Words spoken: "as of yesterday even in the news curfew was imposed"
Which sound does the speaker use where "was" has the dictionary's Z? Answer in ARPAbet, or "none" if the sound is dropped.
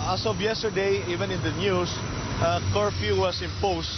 S